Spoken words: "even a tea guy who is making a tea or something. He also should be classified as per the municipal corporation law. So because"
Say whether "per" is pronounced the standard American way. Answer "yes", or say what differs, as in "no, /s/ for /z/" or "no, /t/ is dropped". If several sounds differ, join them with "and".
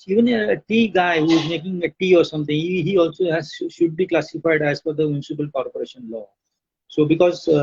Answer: no, /f/ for /p/